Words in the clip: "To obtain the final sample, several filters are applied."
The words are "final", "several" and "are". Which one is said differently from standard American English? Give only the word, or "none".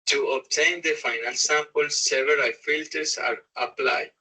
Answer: several